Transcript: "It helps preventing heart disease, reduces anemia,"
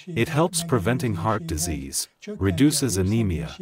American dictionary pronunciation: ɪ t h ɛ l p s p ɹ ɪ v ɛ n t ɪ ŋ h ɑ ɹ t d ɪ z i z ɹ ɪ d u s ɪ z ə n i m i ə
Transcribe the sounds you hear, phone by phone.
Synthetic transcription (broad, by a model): ɪ t h ɛ l p s p ɹ ɪ v ɛ n t ɪ ŋ h ɑ ɹ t d ɪ z i z ɹ ɪ d u s ɪ z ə n i m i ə